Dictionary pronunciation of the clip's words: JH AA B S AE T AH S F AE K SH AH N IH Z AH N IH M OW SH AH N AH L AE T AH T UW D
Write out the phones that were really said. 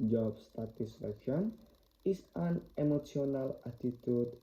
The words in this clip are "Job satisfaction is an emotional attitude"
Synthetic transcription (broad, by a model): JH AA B S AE T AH S F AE K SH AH N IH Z AH N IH M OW S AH N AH L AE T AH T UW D